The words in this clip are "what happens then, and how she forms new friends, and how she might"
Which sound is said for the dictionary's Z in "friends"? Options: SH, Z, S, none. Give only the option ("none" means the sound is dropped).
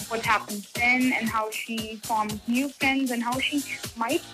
Z